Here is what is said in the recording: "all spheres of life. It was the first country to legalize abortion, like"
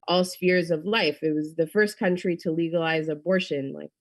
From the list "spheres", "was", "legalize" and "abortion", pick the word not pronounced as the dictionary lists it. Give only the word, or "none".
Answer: none